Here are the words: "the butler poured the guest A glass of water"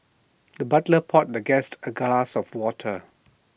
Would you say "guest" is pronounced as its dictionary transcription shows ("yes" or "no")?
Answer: yes